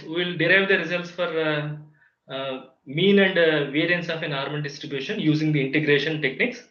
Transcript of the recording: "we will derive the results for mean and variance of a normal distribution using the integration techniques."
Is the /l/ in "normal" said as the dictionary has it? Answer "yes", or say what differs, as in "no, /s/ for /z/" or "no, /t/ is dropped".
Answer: no, /n/ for /l/